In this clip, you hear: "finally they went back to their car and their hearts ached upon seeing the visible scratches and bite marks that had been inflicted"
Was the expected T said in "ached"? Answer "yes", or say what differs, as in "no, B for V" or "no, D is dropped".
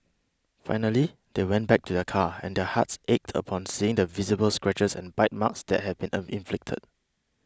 yes